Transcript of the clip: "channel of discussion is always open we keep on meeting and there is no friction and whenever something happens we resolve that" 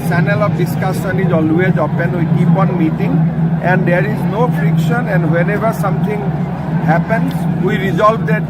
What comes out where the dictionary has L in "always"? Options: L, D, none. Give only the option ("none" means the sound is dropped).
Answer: L